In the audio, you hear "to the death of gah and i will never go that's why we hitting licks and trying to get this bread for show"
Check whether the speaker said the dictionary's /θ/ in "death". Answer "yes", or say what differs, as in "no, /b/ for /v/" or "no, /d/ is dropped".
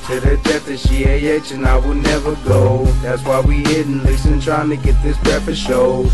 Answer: no, /t/ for /θ/